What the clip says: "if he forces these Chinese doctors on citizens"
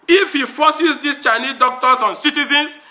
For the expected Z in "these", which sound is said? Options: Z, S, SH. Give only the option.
S